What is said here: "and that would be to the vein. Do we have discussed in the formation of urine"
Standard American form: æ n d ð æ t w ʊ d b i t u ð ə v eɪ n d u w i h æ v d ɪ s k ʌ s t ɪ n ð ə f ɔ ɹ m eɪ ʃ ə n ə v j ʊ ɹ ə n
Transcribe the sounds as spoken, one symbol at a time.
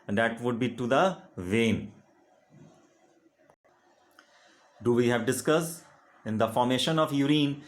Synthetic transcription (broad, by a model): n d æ t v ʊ d b i t u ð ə v eɪ n d u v i h æ v d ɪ s k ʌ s ɪ n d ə f ɔ ɹ m eɪ ʃ ə n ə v j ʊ ɹ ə n